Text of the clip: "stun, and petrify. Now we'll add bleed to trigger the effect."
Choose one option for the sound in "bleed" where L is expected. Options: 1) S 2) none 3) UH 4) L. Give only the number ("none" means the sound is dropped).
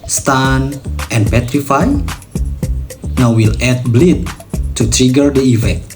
4